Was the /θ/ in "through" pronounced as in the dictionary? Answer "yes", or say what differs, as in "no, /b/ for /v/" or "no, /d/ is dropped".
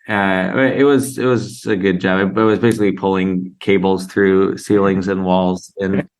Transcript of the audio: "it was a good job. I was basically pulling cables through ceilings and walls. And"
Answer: yes